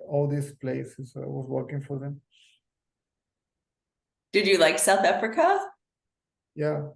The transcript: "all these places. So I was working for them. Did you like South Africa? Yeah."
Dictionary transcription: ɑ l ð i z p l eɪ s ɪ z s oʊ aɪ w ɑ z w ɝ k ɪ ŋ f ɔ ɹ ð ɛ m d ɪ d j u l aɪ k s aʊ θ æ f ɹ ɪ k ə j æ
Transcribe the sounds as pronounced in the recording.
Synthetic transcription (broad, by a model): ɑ l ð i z p l eɪ s ɪ z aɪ w ɑ z w ɝ k ɪ ŋ f ɔ ɹ ð ɛ m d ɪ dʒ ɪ l aɪ k s aʊ θ æ f ɹ ɪ k ə j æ